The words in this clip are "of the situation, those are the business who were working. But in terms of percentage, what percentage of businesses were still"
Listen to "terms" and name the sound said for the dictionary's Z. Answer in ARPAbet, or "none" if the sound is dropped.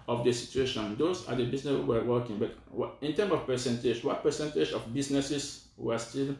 none